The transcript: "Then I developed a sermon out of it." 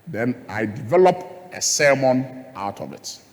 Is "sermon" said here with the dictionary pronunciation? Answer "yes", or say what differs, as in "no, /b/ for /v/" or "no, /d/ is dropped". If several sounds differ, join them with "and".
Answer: yes